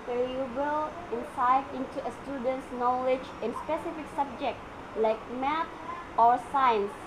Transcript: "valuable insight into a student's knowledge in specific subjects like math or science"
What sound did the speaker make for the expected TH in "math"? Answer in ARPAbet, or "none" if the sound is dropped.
T